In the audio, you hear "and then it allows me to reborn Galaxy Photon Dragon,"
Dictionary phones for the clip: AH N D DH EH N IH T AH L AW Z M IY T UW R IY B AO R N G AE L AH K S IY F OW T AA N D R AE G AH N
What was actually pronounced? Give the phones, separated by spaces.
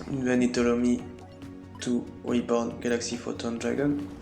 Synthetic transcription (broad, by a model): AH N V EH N IH T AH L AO M IY T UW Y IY B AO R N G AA L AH K S IY F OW T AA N D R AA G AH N